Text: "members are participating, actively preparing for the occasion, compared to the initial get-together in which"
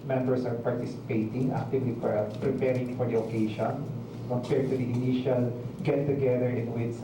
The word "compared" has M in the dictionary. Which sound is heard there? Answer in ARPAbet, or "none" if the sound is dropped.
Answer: none